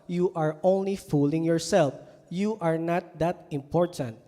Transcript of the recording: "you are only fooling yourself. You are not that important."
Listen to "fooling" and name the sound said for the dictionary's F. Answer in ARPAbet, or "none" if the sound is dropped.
F